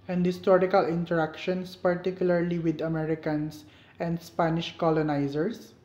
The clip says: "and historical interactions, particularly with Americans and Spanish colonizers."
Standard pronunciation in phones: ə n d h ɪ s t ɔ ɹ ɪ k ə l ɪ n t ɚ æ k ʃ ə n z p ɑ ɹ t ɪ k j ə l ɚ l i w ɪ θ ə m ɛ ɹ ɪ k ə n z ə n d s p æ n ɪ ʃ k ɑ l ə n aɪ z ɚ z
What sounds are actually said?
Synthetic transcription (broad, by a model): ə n d h ɪ s t ɔ ɹ ɪ k ə l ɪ n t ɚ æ k ʃ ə n s p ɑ ɹ t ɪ k j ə l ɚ l i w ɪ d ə m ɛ ɹ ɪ k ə n s ə n d s p æ n ɪ ʃ k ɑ l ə n aɪ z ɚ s